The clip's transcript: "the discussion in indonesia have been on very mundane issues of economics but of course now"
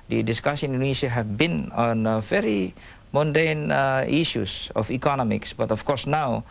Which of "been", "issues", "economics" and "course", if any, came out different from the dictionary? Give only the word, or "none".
issues